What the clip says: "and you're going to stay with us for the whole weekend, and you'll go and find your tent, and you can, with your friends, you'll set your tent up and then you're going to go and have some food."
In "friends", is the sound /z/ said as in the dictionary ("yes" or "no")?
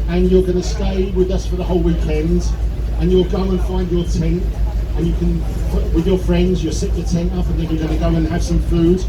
yes